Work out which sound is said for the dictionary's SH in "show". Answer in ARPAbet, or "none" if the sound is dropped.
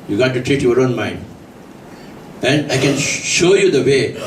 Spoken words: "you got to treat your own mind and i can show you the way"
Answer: SH